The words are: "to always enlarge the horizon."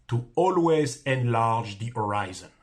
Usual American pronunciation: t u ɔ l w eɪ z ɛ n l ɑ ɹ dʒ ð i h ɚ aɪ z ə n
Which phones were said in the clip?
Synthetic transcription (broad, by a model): t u ɔ l w eɪ z ɛ n l ɑ ɹ dʒ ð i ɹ aɪ z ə n